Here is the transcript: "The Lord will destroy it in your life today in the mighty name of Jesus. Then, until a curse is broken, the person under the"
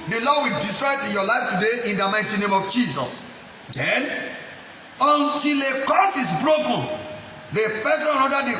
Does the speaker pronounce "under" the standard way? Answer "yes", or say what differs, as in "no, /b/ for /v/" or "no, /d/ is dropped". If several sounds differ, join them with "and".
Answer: no, /n/ is dropped